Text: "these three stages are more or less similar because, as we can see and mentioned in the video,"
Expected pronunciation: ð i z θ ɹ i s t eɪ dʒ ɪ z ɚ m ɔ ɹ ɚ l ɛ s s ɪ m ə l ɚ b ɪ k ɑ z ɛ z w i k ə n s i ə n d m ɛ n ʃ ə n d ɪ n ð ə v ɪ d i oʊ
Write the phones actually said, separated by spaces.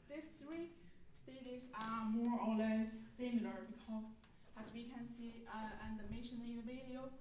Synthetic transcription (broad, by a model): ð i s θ ɹ i s t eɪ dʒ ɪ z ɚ m ɔ ɹ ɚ l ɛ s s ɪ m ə l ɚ b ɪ k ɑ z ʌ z w i k ə n s i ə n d m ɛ n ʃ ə n ɪ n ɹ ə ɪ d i oʊ